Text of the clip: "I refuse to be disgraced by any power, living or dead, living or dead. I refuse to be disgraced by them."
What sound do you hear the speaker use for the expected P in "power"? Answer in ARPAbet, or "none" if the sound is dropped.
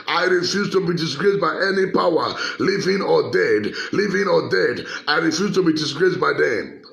P